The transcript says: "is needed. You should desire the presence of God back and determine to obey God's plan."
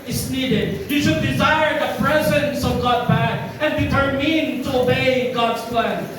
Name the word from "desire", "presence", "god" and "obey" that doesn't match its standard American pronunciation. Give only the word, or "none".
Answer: none